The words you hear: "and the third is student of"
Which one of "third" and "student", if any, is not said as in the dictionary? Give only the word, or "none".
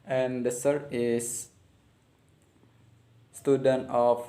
third